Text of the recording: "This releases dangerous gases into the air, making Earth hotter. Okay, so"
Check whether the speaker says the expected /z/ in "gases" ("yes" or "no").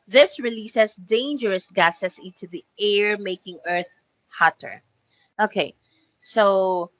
no